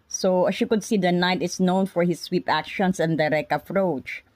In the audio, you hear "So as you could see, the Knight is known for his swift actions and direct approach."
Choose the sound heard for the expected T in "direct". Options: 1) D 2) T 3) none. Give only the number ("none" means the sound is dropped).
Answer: 3